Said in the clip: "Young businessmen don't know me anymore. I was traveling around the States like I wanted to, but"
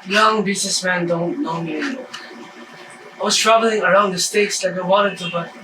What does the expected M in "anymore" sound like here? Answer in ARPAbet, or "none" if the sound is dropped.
none